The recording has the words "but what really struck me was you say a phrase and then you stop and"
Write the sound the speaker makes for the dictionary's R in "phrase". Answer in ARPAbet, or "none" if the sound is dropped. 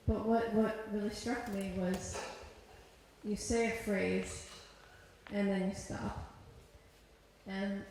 R